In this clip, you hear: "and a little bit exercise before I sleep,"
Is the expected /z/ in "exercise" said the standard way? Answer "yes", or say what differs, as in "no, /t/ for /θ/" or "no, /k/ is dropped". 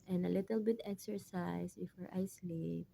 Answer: no, /s/ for /z/